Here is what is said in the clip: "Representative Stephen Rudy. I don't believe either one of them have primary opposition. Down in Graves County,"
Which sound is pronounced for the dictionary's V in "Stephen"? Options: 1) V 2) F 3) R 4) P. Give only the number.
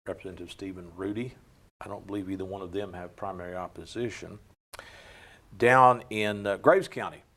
1